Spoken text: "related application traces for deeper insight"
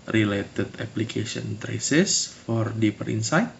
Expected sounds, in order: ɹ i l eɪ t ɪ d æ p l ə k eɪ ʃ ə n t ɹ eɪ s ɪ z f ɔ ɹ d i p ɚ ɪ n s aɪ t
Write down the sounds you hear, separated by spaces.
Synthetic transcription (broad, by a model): ɹ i l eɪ t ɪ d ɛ p l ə k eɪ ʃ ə n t ɹ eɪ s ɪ s f ɔ ɹ d i p ɚ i n s aɪ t